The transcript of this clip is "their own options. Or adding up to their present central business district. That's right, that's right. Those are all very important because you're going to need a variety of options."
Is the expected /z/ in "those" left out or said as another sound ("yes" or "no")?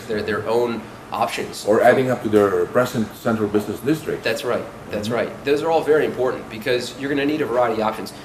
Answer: no